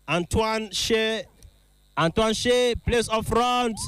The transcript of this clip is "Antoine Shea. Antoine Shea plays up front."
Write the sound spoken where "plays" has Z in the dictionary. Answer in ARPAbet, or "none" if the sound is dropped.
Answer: S